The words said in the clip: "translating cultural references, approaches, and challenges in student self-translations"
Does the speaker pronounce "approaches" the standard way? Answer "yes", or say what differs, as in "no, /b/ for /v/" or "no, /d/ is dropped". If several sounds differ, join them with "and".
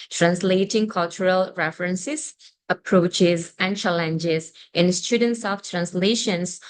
yes